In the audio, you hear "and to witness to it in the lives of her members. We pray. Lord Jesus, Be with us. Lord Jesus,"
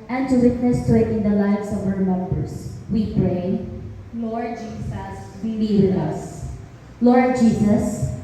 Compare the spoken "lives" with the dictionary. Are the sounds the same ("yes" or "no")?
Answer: no